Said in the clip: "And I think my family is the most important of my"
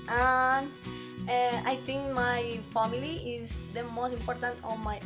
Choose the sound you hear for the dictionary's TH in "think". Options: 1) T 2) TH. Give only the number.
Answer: 1